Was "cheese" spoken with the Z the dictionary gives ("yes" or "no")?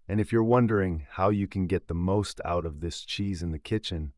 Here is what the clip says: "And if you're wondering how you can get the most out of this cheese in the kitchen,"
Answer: yes